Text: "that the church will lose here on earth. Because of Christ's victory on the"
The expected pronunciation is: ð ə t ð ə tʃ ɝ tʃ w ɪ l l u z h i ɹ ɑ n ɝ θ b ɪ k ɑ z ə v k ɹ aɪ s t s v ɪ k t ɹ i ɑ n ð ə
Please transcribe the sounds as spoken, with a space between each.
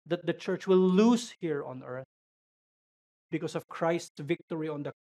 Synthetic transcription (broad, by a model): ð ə t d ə tʃ ɝ tʃ w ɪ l l u s h i ɹ ɑ n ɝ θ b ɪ k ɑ s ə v k ɹ aɪ s t s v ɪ k t ɹ i ɑ n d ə